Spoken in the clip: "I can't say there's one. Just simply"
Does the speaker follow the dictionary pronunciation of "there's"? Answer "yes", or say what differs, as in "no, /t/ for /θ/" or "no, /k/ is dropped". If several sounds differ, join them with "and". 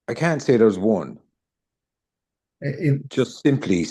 no, /w/ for /ɹ/